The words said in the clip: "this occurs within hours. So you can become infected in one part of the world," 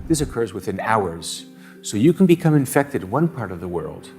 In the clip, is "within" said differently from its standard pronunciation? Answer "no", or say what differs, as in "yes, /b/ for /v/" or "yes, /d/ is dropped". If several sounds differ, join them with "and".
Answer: no